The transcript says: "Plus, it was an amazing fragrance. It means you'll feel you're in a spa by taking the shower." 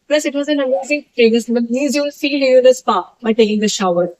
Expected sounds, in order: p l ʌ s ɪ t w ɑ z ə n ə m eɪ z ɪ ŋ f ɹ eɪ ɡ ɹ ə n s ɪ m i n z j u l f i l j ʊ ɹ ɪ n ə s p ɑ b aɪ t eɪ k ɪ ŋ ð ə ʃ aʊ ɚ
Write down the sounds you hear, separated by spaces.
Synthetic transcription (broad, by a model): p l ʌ s ɪ t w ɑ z ə n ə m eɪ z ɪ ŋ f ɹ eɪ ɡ ə s ɪ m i z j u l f i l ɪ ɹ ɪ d ə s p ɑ b aɪ t eɪ k ɪ ŋ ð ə ʃ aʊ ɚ